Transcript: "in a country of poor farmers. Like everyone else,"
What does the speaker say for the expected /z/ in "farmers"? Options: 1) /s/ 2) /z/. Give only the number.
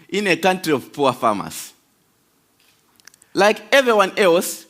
1